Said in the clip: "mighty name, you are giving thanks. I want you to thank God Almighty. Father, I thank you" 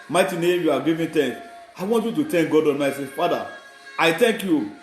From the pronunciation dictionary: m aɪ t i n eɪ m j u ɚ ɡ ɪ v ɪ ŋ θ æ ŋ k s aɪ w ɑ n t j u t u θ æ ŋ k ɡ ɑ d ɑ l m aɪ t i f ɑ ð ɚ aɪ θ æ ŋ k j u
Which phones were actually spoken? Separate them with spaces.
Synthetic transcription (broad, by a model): m aɪ t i n eɪ m j u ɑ ɡ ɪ v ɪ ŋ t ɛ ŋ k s aɪ w ɑ n t j u t u t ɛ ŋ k ɡ ɑ d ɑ n m aɪ s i f ɑ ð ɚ aɪ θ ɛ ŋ k j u